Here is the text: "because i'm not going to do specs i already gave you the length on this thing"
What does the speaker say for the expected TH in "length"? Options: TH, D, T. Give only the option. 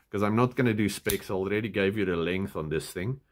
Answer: TH